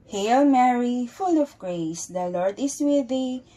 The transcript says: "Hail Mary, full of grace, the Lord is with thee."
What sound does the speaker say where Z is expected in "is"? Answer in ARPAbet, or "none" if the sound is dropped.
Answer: S